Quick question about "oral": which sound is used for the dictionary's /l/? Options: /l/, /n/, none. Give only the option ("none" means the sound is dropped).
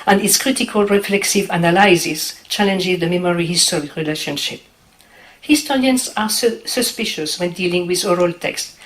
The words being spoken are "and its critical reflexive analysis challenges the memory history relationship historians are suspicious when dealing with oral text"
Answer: /l/